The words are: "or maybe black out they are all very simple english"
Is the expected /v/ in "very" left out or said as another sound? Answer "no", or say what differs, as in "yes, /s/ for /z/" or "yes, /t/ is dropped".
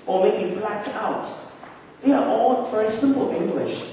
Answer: yes, /f/ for /v/